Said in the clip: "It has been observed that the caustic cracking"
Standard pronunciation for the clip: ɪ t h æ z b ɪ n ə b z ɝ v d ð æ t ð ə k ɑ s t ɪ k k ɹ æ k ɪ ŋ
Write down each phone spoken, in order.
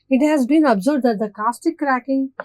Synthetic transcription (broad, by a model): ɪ t h æ z b ɪ n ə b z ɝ b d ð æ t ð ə k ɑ s t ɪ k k ɹ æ k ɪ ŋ